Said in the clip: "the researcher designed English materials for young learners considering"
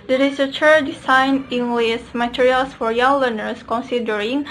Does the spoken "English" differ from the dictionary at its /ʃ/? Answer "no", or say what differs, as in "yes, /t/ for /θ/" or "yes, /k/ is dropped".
yes, /s/ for /ʃ/